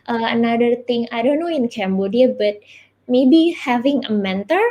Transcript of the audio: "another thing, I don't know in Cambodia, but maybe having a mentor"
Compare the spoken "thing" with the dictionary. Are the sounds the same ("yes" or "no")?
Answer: no